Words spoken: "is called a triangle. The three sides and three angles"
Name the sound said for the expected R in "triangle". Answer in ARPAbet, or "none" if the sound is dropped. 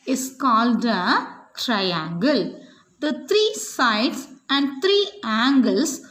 R